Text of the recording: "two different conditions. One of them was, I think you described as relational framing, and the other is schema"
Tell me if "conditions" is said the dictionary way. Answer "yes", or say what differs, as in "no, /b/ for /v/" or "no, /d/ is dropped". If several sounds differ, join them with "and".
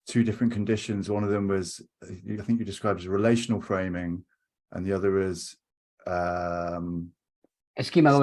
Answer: yes